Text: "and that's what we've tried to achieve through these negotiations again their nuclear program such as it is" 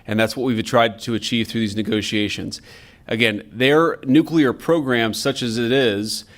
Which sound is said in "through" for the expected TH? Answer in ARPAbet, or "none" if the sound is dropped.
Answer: TH